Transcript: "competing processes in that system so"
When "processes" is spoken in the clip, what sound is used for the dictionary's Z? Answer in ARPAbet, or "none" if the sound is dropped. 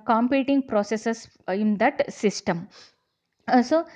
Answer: S